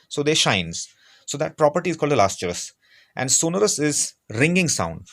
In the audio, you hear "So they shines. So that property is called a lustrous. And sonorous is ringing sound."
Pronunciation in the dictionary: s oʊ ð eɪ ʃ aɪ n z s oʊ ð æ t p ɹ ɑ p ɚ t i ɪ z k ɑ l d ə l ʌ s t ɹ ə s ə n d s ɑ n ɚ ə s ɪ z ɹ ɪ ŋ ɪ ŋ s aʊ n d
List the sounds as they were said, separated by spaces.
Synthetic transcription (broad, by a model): s oʊ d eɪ ʃ aɪ n z s oʊ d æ t p ɹ ɑ p ɚ t i ɪ z k ɑ l d ə l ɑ s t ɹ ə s ə n d s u n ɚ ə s ɪ z ɹ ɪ ŋ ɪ ŋ s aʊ n d